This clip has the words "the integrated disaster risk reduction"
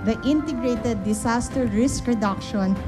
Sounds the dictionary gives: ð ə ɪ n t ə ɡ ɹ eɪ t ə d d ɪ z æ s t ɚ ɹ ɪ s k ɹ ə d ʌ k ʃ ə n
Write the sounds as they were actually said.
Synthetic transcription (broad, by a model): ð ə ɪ n t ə ɡ ɹ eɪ t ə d d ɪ s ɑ s t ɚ ɹ ɪ s k ɹ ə d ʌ k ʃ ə n